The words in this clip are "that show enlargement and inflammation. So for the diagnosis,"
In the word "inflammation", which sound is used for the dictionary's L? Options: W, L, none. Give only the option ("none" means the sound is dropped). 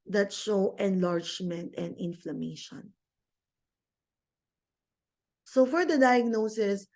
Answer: L